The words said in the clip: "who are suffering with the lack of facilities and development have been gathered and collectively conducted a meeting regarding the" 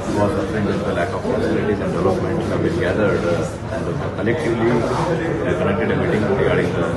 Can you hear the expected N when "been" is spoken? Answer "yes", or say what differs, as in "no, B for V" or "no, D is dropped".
no, L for N